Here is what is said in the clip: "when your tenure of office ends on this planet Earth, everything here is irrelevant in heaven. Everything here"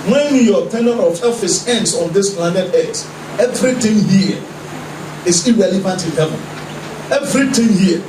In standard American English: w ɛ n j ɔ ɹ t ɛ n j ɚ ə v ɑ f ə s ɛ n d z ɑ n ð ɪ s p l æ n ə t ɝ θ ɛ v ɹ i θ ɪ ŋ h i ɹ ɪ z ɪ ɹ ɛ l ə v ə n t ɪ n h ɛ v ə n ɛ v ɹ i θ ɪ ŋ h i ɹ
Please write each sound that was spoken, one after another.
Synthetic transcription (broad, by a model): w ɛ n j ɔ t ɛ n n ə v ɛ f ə s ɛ n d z ɑ n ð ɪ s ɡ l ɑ n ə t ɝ s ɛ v ɹ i t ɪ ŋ h i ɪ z ɪ ɹ ɛ l ə v ə n t ɪ n h ɛ v ə n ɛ v ɹ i t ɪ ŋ h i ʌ